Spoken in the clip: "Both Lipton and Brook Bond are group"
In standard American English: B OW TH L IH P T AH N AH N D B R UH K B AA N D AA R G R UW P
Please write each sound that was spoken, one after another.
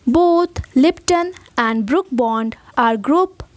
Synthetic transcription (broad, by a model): B OW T L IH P T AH N AH N D B R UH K B AA N D AA R G R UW P